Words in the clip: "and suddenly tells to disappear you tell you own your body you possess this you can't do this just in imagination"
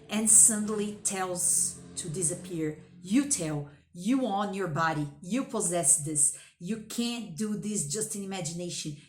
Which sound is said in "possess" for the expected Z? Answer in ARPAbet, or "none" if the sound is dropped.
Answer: Z